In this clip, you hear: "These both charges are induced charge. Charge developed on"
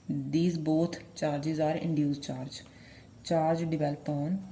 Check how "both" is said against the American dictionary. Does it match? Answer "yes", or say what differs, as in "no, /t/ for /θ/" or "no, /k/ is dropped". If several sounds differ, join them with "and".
no, /t/ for /θ/